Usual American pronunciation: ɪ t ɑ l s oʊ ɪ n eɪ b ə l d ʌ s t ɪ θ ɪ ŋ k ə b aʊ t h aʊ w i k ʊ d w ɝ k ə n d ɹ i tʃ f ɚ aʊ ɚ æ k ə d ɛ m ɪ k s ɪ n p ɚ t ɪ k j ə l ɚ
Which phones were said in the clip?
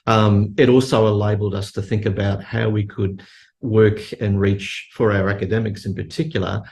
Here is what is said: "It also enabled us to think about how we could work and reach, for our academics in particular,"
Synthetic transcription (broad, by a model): ɪ t ɑ l s oʊ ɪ l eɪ b l d ʌ s t ɪ θ ɪ ŋ k ə b aʊ t h aʊ w i k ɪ d w ɝ k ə n ɹ i tʃ f ɚ aʊ ɚ æ k ə d ɛ m ɪ k s ɪ n p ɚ t ɪ k j l ɚ